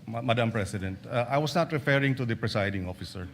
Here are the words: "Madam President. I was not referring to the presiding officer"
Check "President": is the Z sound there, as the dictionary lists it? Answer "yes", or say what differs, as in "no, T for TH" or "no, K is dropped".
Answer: no, S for Z